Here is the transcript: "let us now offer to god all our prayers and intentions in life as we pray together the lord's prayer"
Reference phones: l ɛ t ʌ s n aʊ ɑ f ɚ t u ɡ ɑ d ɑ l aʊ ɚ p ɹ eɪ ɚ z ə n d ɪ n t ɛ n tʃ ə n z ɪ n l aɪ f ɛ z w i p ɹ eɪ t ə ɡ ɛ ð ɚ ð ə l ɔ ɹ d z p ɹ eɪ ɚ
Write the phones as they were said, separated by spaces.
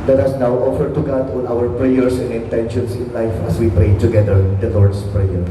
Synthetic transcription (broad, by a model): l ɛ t ʌ s n aʊ ɑ f ɚ t u ɡ ɑ d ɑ n aʊ ɚ p ɹ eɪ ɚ s ə n d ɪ n t ɛ n ʃ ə n s ɪ n l aɪ f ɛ s w i p ɹ eɪ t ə ɡ ɛ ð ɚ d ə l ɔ ɹ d s p ɹ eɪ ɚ